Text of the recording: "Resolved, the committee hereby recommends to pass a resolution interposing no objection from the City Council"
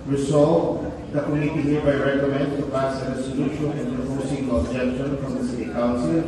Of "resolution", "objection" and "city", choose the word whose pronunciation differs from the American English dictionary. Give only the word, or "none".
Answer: resolution